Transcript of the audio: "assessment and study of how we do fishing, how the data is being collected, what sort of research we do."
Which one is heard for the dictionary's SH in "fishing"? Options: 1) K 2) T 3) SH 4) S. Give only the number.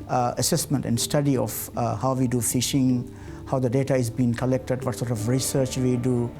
3